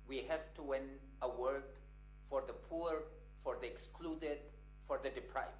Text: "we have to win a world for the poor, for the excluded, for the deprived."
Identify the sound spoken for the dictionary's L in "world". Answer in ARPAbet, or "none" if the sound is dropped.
none